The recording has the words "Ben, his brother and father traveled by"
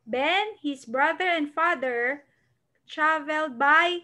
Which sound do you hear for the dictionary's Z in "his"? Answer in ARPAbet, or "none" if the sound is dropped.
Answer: S